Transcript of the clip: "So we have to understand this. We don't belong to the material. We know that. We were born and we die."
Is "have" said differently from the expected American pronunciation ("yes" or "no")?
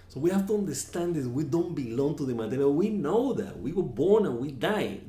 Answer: yes